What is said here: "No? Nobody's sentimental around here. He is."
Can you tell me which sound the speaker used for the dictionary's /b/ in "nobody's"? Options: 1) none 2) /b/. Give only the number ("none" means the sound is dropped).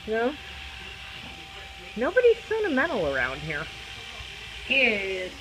2